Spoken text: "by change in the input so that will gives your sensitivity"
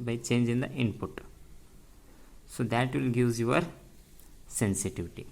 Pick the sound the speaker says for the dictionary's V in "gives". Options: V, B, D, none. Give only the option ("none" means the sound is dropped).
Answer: none